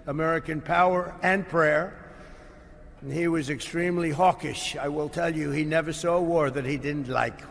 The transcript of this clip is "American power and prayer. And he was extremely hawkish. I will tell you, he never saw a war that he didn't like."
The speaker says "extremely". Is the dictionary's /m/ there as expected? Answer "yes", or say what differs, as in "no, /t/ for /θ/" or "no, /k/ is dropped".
yes